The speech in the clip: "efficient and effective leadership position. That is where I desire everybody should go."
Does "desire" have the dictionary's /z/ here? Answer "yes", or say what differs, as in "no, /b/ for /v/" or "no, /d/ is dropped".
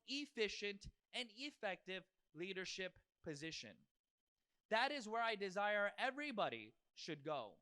yes